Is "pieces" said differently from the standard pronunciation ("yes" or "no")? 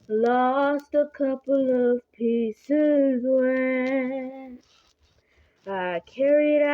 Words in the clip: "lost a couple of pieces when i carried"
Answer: no